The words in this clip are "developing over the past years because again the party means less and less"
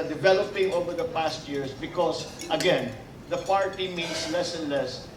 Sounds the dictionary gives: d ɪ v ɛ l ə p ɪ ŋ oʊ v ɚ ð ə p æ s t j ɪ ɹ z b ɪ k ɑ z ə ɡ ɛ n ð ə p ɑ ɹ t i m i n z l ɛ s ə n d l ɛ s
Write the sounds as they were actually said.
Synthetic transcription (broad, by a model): d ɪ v ɛ l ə p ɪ ŋ oʊ v ɚ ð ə p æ s t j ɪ ɹ s b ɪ k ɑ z ə ɡ ɛ n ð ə p ɑ ɹ t i m i n s l ɛ s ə n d l ɛ s